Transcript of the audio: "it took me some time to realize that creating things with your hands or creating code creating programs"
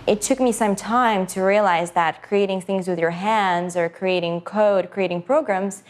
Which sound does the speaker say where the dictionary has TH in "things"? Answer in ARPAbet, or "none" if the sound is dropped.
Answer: TH